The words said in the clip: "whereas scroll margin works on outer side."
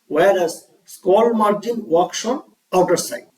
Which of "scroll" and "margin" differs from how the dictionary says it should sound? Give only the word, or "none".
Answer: scroll